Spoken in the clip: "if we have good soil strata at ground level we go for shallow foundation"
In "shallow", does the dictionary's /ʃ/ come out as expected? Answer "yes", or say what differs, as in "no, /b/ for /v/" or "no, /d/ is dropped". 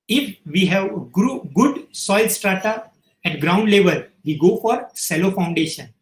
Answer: no, /s/ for /ʃ/